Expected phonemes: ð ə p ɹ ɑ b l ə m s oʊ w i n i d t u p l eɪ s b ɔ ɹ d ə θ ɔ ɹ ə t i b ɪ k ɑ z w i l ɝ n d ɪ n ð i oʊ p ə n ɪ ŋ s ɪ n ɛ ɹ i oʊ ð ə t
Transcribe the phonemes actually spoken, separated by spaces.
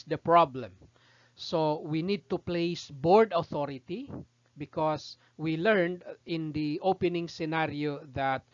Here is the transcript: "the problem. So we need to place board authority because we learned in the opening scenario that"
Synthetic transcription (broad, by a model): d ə p ɹ ɑ b l ə m s oʊ w i n i d t u p l eɪ s b ɔ ɹ d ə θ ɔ ɹ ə t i b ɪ k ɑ s w i l ɝ n d ɪ n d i oʊ p ə n ɪ ŋ s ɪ n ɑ ɹ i oʊ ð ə t